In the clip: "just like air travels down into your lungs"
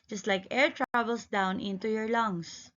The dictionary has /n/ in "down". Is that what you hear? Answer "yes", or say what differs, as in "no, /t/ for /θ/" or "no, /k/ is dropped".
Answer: yes